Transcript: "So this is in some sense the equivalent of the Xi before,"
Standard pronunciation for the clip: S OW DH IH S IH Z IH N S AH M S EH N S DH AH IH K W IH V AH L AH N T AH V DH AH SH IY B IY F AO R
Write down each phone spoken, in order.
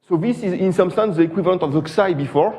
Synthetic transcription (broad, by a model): S OW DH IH S IH Z IH N S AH M S EH N S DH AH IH K W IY V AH L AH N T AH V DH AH S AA B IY F AO R